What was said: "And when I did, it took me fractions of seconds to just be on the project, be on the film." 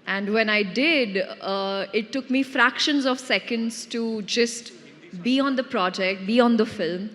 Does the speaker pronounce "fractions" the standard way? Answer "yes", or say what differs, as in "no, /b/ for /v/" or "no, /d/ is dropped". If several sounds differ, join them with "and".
yes